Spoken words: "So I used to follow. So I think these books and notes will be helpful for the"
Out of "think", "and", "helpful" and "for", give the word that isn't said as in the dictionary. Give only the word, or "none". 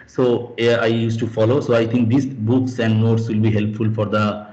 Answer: think